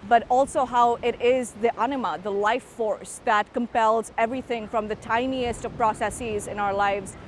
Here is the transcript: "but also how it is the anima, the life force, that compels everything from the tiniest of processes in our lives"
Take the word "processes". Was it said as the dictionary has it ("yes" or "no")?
yes